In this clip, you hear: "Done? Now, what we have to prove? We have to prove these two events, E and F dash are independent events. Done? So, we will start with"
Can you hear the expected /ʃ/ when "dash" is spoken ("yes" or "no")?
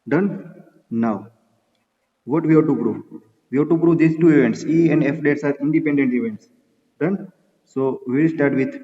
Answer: no